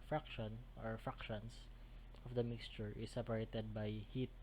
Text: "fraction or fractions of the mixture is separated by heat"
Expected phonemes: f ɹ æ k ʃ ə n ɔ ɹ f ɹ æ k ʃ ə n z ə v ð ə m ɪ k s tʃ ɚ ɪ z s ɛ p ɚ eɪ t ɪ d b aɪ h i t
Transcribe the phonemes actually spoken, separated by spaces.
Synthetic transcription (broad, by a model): f ɹ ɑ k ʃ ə n ɔ ɹ f ɹ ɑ k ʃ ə n s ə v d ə m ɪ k s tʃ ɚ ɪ s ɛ p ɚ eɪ t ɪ d b aɪ h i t